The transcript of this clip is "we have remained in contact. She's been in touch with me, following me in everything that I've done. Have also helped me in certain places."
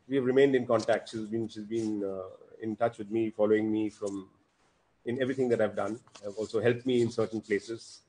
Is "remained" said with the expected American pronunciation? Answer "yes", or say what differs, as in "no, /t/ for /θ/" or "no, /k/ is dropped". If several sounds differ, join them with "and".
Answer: yes